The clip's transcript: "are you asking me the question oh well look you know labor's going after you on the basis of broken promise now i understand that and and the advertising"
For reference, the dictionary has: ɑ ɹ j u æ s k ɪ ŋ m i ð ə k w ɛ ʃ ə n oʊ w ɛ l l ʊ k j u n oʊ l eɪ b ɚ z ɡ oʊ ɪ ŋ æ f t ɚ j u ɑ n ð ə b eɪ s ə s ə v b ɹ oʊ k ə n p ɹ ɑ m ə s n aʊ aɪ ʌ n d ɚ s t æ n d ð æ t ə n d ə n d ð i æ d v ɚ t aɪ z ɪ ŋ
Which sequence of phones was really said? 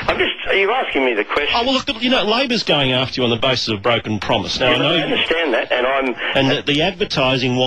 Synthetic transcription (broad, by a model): ɑ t j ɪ æ s k ɪ ŋ m i ð ə k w ɛ s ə w ɛ l l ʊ k j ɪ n oʊ l eɪ b ɚ z ɡ oʊ ɪ ŋ æ f t ɚ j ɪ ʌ n ð ə b eɪ s ə s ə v b ɹ oʊ k ə n p ɹ ɑ m ə s n aʊ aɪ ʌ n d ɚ s t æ n ð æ t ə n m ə n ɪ ð i æ d v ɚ t aɪ z ɪ ŋ